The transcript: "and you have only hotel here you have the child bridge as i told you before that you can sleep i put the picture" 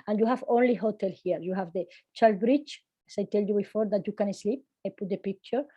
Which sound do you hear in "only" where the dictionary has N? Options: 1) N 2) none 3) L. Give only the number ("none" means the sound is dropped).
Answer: 1